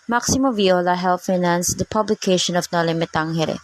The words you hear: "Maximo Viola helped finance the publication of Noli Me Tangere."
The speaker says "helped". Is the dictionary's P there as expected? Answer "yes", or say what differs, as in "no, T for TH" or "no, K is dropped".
no, P is dropped